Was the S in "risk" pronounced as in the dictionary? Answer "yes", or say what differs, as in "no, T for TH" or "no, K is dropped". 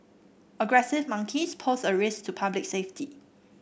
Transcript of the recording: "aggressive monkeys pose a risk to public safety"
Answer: yes